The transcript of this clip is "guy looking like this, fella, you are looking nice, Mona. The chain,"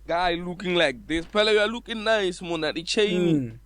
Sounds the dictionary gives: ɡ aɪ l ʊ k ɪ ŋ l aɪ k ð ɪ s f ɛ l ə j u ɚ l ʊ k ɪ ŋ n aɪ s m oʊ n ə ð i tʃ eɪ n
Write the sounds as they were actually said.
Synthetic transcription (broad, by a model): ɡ aɪ l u k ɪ ŋ l aɪ k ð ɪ s p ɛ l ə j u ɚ l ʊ k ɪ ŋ n aɪ s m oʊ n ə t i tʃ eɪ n